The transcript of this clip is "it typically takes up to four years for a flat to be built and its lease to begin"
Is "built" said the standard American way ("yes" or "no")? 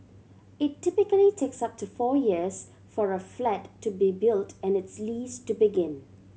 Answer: yes